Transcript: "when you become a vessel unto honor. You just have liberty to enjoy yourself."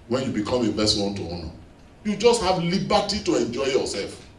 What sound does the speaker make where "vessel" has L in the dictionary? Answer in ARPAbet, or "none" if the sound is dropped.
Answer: W